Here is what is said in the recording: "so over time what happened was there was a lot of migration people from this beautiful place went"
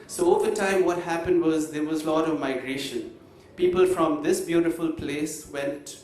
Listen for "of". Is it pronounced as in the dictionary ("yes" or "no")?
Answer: yes